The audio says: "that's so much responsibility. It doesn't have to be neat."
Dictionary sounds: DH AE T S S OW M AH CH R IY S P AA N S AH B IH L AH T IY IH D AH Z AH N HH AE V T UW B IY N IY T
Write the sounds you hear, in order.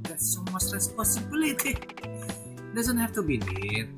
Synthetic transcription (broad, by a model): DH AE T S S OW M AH S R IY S P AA S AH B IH L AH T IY D AH Z AH N HH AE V T UW B IY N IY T